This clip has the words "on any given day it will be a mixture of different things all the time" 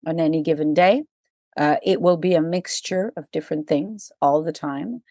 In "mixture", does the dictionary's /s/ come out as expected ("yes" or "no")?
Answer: yes